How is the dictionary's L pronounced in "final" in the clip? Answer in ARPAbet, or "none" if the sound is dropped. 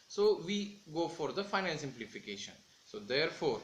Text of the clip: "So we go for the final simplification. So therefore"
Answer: N